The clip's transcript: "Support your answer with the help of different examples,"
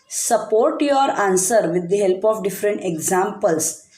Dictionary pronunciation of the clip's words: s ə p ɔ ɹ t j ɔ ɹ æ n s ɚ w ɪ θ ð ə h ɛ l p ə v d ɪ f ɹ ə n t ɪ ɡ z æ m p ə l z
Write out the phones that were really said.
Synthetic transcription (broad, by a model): s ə p ɔ ɹ t j ɔ ɹ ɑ n s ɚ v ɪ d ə h ɛ l p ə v d ɪ f ɹ ə n t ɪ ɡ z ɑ m p ə l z